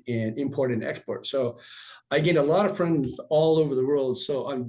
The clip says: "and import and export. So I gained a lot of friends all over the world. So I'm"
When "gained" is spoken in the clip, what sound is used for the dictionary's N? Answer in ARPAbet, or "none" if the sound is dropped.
none